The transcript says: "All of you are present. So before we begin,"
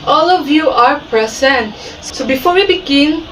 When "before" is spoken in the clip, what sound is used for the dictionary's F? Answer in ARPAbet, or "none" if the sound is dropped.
F